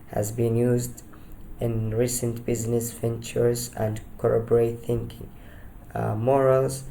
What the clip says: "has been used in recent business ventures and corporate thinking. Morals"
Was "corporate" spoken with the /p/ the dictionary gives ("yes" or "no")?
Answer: no